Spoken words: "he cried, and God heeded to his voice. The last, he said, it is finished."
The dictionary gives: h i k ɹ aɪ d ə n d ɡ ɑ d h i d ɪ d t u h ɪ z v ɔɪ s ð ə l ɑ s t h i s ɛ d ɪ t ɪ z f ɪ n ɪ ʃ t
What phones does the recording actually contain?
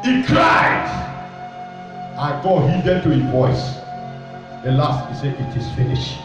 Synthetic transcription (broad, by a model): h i k ɹ aɪ d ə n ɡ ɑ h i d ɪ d t u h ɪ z v ɔɪ s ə l ɑ s t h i s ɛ ɪ t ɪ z f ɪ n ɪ ʃ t